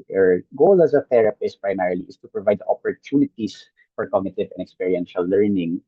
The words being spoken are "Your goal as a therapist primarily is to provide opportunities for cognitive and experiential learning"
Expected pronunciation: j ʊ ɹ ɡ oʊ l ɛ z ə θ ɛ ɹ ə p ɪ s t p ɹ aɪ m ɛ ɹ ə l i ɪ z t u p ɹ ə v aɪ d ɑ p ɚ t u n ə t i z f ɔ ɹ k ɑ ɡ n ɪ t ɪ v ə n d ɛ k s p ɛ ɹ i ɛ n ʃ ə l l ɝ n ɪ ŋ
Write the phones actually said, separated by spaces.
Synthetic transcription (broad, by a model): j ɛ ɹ ɡ oʊ l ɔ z ə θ ɛ ɹ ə p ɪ s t p ɹ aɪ m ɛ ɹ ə l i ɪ s t u p ɹ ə v aɪ d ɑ p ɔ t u n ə t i s f ɔ ɹ k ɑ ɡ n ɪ t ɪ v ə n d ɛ k s p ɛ ɹ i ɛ n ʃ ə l l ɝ n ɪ ŋ